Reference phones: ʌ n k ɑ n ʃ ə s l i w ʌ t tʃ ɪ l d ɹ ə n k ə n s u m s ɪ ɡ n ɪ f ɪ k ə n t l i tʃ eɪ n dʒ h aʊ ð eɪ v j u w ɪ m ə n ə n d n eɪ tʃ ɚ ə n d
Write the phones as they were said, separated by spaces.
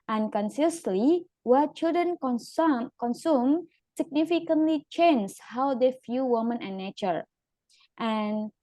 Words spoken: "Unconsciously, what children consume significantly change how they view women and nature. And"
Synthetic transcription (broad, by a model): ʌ n k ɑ n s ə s l i w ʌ tʃ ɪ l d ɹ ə n k ə n s u m s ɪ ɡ n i f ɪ k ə n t l i tʃ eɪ n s h aʊ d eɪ f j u w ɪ m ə n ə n n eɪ tʃ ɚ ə n